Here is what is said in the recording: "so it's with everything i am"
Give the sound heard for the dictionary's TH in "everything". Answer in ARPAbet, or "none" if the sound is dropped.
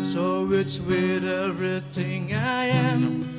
TH